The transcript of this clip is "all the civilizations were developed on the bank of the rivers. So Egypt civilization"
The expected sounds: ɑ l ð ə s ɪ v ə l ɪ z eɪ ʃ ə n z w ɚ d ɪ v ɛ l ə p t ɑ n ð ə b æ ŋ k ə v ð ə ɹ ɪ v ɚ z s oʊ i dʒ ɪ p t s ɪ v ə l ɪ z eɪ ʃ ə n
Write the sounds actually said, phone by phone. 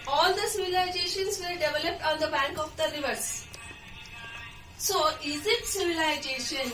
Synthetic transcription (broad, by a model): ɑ l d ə s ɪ v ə l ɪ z eɪ ʃ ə n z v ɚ d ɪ v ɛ l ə p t ɑ n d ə b æ ŋ k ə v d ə ɹ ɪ v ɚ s s oʊ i z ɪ t s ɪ v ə l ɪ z eɪ ʃ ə n